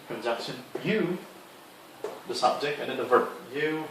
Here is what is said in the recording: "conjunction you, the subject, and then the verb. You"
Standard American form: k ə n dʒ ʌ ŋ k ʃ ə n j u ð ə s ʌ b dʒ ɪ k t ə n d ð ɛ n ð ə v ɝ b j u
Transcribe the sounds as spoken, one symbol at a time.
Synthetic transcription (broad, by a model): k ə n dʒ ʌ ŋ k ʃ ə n j u ð ə s ʌ b dʒ ɪ k t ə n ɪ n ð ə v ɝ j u